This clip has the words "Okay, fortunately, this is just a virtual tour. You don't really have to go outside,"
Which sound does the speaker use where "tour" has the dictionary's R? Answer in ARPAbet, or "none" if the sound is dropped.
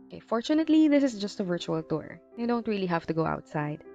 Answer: R